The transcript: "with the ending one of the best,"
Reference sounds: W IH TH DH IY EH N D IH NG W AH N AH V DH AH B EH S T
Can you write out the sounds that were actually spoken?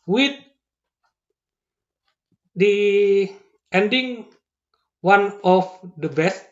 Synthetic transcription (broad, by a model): W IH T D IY EH N D IH NG W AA N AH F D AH B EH S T